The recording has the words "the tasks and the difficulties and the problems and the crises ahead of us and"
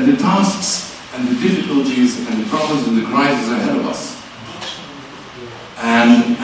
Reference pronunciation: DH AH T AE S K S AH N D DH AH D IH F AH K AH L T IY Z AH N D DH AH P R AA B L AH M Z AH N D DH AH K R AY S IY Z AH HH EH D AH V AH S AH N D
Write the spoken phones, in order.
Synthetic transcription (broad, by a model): DH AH T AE S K S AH N DH AH D IH F AH K AH L T IY Z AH N DH AH P R AA B L AH M Z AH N DH AH K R AY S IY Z AH HH EH D AH V AH S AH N